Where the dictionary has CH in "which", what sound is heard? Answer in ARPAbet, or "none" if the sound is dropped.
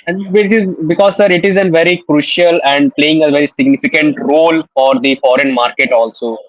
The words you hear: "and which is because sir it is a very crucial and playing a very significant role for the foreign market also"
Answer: S